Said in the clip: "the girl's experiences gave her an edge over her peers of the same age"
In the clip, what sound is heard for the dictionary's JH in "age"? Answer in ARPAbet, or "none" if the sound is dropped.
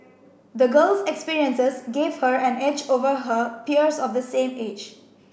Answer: JH